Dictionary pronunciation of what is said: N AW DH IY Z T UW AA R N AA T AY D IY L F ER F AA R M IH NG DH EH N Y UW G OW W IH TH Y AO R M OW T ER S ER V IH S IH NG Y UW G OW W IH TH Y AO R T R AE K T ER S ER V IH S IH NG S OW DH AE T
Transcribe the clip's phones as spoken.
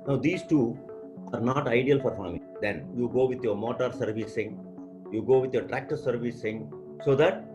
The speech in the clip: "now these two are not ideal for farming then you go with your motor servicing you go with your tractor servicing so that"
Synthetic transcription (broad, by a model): N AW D IY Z T UW AA R N AA T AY D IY L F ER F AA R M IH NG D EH N Y UW G OW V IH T Y AO R M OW T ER S ER V IH S IH NG Y UW G OW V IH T Y AO R T R AE K T ER S ER V IH S IH NG S OW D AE T